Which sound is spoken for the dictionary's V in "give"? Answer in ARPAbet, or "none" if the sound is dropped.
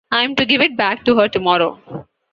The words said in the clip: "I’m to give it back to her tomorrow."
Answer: V